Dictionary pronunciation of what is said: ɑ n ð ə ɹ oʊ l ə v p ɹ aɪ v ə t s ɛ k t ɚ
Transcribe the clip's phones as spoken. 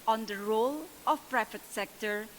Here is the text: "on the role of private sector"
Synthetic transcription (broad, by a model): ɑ n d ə ɹ oʊ l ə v p ɹ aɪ f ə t s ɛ k t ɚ